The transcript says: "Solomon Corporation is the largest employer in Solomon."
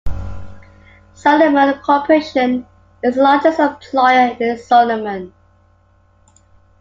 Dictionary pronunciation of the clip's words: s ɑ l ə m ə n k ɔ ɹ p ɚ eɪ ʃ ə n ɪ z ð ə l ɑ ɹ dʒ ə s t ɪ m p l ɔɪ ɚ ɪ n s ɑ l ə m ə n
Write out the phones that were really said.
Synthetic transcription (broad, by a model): s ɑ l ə m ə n k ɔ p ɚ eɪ ʃ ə n ɪ z l ɑ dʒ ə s ɪ p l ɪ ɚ ɪ n s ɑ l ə m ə n